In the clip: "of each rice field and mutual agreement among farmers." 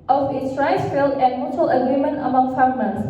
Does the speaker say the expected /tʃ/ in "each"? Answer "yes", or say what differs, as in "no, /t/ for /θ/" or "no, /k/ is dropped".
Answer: no, /s/ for /tʃ/